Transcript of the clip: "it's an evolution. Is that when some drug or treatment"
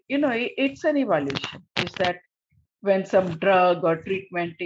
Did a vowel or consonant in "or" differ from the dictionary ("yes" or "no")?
no